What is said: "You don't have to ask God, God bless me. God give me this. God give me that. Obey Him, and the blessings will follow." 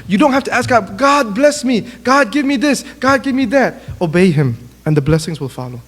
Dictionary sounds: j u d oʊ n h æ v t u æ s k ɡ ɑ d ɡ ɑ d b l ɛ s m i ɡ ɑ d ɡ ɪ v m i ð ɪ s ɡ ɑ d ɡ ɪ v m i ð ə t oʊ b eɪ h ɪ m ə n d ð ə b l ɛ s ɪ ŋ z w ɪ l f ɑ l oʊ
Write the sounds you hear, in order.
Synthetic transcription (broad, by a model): j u d oʊ n h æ f t u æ s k ɡ ɑ d ɡ ɑ d b l ɛ s m i ɡ ɑ d ɡ ɪ v m i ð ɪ s ɡ ɑ d ɡ ɪ v m i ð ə t oʊ b eɪ h ɪ m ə n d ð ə b l ɛ s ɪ ŋ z w ɪ l f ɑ l oʊ